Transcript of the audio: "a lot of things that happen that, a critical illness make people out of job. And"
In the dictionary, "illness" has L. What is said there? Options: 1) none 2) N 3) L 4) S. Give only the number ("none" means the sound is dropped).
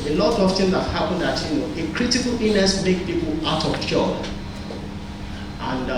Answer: 1